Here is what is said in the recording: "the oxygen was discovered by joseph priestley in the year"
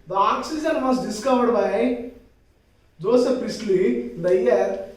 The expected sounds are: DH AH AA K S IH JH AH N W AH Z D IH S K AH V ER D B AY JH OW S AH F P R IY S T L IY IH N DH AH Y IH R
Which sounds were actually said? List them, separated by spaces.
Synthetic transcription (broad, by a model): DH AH AA K S IH JH AH N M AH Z D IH S K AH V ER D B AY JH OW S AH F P IY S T L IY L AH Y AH R